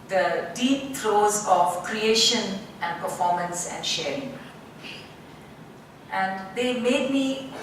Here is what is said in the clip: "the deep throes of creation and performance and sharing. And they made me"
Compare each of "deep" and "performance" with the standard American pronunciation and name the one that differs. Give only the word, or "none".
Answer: none